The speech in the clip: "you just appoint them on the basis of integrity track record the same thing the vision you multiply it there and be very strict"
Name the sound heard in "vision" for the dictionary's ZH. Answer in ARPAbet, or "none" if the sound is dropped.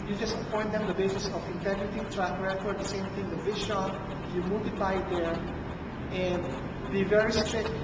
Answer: SH